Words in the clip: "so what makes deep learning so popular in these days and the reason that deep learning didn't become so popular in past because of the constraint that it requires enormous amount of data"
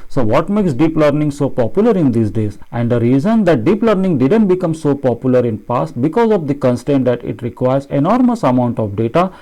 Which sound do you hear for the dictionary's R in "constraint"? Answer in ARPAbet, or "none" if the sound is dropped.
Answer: none